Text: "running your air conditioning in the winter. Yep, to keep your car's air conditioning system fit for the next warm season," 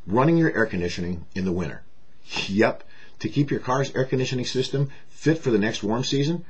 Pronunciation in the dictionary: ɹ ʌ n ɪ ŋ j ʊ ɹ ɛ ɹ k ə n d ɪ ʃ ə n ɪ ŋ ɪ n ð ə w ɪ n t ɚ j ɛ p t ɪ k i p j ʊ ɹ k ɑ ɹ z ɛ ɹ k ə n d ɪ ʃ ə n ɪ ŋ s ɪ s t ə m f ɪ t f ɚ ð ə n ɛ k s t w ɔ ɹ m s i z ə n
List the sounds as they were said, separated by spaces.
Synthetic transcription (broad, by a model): ɹ ʌ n ɪ ŋ j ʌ ɹ ɛ ɹ k ə n d ɪ ʃ ə n ɪ ŋ ɪ n ð ə w ɪ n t ɚ j ɛ p t ɪ k i p j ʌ ɹ k ɑ ɹ z ɛ ɹ k ə n d ɪ ʃ ə n ɪ ŋ s ɪ s t ə m f ɪ t f ɚ ð ə n ɛ k s t w ɔ ɹ m s i z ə n